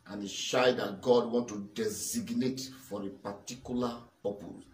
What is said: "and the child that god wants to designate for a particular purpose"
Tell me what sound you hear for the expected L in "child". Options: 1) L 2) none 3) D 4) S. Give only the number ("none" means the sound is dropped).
2